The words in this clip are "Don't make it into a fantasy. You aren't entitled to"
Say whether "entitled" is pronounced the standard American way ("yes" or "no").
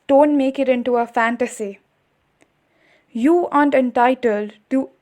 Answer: yes